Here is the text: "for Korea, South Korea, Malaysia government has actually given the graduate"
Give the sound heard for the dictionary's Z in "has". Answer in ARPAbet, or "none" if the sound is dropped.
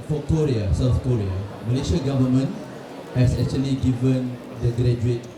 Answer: S